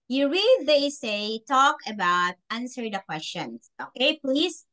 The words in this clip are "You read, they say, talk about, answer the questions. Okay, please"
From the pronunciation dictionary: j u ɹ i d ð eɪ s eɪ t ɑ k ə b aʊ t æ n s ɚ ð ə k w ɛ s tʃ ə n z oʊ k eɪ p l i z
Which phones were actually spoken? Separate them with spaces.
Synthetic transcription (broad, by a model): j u ɹ i d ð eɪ s eɪ t ɑ k ə b aʊ t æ n s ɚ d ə k w ɛ s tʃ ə n s oʊ k eɪ p l i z